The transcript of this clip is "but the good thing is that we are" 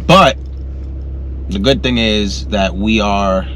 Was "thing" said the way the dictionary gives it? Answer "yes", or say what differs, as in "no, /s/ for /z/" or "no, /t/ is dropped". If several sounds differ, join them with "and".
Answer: yes